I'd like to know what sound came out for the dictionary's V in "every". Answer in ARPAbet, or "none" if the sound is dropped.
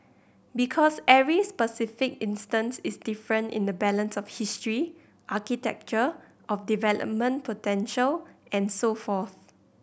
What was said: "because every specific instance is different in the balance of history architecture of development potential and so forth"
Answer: none